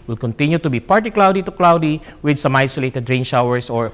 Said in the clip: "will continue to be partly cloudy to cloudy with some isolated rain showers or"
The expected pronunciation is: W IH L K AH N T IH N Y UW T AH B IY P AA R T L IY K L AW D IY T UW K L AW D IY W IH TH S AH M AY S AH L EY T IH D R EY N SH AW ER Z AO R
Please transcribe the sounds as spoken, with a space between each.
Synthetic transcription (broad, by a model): W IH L K AH N T IH N Y UW T AH B IY P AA R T IY K L AW D IY T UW K L AW D IY W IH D S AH M AY S AH L EY T IH D R EY N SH AW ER S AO R